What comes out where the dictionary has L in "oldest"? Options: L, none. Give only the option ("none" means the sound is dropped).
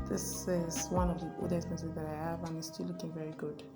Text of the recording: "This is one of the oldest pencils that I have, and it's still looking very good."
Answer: none